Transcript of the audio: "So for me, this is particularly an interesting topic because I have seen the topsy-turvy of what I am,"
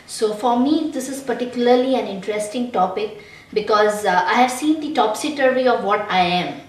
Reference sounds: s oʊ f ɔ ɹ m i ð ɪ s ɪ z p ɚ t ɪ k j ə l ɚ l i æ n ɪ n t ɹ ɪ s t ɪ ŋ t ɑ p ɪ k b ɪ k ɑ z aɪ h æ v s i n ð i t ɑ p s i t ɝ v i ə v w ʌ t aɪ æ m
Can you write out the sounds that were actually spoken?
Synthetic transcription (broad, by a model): s oʊ f ɔ ɹ m i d ɪ s ɪ z p ɚ t ɪ k j ə l ɚ l i æ n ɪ n t ɹ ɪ s t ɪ ŋ t ɑ p ɪ k b ɪ k ɑ z aɪ h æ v s i n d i t ɑ p s i t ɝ i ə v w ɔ t aɪ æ m